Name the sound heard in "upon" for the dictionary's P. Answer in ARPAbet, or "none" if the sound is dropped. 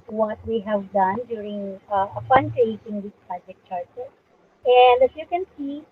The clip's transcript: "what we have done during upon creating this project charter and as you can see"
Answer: F